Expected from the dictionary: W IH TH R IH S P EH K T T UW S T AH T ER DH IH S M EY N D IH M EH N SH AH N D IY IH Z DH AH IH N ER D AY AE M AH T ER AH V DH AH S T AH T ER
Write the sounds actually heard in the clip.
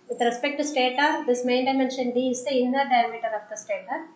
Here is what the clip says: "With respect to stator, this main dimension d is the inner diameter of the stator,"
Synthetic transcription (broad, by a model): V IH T R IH S P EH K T T UW S T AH T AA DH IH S M EY N D IH M EH N SH AH N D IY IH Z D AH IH N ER D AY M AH T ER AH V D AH S T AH T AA